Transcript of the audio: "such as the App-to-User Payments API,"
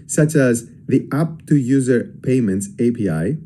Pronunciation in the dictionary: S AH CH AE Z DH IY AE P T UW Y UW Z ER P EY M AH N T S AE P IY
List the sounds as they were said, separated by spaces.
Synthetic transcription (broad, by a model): S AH CH AE Z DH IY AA P T UW Y UW Z ER P EY M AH N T S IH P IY